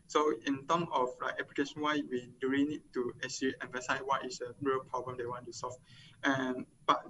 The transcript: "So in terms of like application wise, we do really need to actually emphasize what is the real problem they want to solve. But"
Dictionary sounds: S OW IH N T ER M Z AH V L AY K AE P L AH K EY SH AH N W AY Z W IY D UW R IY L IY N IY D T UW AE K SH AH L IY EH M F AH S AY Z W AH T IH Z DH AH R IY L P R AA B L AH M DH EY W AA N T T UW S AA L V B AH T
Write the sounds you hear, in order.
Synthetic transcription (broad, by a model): S OW IH N T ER M AH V L AY K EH P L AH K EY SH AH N W AY W IY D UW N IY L IY N IY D T UW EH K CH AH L IY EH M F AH S AY S W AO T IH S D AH R IY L P R AA B L AH M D EY W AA N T T UW S AA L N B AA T